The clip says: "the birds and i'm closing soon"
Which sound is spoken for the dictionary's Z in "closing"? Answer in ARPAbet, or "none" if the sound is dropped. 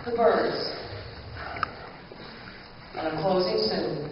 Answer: Z